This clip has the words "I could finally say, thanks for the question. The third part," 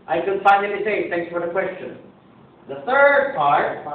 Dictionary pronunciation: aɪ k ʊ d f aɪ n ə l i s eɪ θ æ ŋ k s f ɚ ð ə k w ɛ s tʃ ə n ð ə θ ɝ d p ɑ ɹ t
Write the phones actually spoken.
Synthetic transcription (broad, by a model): aɪ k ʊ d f aɪ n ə n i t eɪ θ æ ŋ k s f ɚ ð ə k w ɛ s tʃ ə n ð ə θ ɝ d p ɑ ɹ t